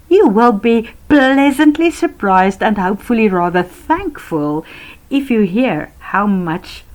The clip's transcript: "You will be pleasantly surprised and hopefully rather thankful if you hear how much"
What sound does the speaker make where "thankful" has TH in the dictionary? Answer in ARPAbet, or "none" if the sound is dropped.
TH